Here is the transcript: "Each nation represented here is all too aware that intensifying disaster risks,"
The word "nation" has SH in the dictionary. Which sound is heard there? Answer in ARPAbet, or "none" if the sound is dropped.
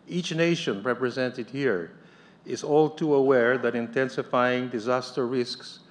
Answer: SH